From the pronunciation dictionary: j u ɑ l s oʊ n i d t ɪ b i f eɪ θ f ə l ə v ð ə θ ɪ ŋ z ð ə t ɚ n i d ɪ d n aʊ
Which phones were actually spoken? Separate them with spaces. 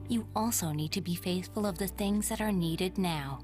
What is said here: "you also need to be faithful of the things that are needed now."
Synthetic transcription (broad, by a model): j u ɑ l s oʊ n i d t ɪ b i f eɪ θ f ə l ə v ð ə θ ɪ ŋ z ð ə t ɚ n i d ɪ d n aʊ